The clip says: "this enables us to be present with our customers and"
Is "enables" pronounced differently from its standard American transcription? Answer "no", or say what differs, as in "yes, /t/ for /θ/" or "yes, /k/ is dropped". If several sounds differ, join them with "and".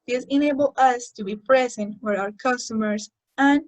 yes, /z/ is dropped